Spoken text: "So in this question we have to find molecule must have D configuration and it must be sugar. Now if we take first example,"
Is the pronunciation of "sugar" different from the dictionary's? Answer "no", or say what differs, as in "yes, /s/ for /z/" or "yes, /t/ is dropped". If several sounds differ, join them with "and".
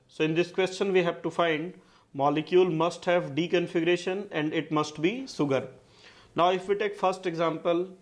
yes, /s/ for /ʃ/